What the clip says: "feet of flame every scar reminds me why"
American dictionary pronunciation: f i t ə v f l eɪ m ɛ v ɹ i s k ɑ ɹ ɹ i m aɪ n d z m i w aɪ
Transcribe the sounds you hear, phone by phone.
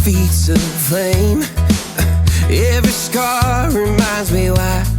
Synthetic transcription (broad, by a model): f i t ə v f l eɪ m ɛ v ɹ i s k ɑ ɹ ɹ i m aɪ n d z m i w aɪ